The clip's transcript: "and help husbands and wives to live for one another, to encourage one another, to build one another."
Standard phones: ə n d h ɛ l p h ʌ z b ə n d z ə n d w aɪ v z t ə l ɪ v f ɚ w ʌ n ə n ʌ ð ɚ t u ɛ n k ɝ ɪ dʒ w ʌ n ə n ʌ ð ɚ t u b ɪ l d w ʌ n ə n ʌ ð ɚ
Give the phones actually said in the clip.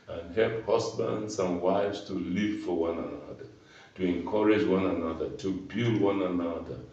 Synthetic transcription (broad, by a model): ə n h ɛ l p h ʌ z b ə n d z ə n w aɪ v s t ə l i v f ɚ w ʌ n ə n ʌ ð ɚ t u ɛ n k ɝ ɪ dʒ w ʌ n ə n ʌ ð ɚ t u b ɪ l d w ʌ n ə n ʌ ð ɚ